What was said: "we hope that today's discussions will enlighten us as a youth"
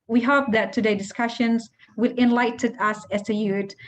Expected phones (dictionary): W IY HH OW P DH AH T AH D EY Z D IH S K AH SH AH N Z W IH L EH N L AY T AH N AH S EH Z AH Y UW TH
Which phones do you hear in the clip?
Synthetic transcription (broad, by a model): W IY HH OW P DH AH T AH D EY D IH S K AH SH AH N Z W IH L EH N L AY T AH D AH S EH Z AH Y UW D